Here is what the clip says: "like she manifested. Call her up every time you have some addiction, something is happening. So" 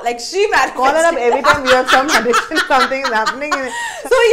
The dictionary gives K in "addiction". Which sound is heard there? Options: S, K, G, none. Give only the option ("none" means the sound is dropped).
none